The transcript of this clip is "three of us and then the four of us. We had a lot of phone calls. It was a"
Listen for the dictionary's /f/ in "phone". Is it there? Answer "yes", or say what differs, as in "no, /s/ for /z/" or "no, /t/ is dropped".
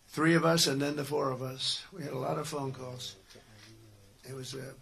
yes